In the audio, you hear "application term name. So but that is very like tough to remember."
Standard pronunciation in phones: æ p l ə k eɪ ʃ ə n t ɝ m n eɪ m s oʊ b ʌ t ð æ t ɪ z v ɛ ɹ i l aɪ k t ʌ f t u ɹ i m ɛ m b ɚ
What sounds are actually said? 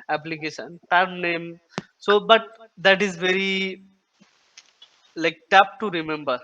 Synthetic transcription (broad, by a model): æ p l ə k eɪ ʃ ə n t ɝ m n eɪ m s oʊ b ʌ t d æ t ɪ z v ɛ ɹ i l aɪ k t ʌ p t u ɹ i m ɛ m b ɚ